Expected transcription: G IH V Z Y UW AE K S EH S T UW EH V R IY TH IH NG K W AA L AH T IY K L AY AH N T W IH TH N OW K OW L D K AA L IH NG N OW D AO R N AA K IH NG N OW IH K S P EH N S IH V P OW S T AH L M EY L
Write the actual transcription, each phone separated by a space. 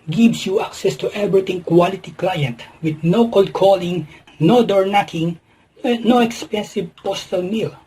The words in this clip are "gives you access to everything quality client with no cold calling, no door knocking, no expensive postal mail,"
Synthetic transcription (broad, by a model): G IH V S Y UW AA K S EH S T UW EH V R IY T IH NG K W AA L AH T IY K L AY AH N T W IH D N OW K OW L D K AA L IH NG N OW D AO R N AA K IH NG N OW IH K S P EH N S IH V P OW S T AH L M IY L